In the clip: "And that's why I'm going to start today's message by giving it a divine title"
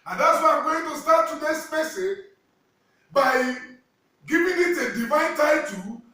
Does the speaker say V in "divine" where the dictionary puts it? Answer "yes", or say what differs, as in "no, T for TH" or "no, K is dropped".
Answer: yes